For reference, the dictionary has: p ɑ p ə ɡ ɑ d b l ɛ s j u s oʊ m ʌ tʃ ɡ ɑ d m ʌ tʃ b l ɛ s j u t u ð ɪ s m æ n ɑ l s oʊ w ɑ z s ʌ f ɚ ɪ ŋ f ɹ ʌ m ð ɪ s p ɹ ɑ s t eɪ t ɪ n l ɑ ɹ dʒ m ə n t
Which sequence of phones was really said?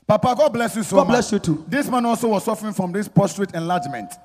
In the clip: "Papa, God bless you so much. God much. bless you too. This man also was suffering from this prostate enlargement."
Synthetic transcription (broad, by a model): p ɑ p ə ɡ ɑ d b l ɛ s j u s oʊ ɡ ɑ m b l ɛ s j u t u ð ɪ s m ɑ n ɑ l s oʊ w ɑ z s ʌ f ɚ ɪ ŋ f ɹ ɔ m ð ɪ s p ɑ s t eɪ t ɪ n l ɑ dʒ m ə n t